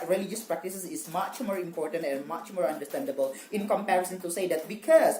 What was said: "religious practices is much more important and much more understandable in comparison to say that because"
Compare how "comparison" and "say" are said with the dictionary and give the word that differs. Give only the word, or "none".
none